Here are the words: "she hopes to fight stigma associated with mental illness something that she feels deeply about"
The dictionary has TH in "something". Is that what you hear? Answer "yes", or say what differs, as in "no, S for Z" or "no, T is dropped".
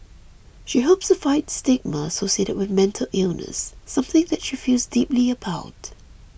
yes